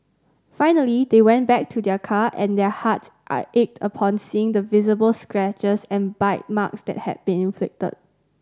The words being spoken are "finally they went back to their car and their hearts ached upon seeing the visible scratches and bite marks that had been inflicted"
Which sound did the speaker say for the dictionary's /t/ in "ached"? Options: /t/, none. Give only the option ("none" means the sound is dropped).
/t/